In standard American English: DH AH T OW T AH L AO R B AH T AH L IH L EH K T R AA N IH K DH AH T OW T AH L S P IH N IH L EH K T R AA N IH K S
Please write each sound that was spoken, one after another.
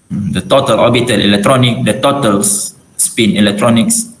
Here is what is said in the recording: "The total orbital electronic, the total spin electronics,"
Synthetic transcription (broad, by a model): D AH T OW T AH L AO B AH T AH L IH L EH K T R AA N IH K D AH T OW T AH L S P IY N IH L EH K T R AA N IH K S